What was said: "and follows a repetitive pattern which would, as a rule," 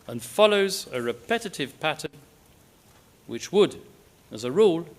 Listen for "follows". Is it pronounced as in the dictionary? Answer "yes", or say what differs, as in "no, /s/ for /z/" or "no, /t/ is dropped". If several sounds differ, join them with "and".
yes